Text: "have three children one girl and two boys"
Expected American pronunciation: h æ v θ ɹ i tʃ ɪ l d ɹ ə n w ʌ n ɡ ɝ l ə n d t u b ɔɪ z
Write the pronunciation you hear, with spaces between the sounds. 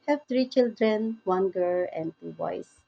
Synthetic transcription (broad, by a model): h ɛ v t ɹ i tʃ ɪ l d ɹ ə n w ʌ n ɡ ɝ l ə n d t u b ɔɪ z